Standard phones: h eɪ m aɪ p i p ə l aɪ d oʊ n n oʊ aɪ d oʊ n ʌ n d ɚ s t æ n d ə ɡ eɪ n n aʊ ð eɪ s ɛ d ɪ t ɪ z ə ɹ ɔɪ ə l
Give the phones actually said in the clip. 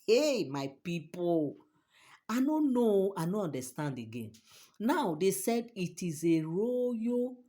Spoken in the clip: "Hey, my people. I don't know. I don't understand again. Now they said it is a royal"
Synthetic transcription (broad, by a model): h eɪ m aɪ p i p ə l aɪ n oʊ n n oʊ aɪ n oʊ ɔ n d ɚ s t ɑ n d ə ɡ eɪ n n aʊ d eɪ s ɛ d ɪ t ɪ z ə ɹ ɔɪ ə